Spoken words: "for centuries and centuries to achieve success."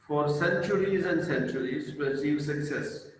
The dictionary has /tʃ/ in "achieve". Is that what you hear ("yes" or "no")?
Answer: no